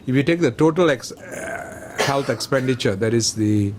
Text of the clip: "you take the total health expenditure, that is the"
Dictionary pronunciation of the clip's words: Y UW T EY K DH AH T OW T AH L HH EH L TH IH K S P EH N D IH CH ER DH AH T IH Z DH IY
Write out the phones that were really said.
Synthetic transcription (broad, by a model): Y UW T EY K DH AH T OW T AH L HH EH L T IH K S P EH N D IH CH ER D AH T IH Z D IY